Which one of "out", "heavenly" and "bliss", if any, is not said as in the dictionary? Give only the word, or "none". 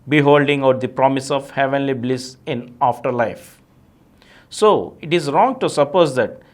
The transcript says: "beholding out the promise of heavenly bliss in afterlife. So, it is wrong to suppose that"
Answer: none